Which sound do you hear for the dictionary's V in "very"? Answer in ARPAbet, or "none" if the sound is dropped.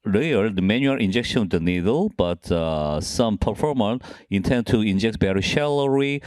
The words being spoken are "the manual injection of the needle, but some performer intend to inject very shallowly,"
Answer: B